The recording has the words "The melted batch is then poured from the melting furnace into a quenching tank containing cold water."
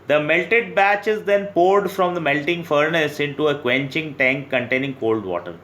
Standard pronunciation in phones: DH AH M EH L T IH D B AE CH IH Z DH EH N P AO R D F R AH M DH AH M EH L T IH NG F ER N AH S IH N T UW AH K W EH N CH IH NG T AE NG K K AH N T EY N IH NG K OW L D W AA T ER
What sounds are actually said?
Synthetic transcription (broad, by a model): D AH M EH L T IH D B AE CH IH Z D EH N P AO R D F R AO M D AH M EH L T IH NG F ER N AH S IH N T UW AH K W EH N CH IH NG T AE NG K K AH N T EY N IH NG K OW L D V AA T ER